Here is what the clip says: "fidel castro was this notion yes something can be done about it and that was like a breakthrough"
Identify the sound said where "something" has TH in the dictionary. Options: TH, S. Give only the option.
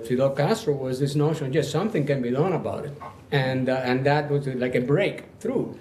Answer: TH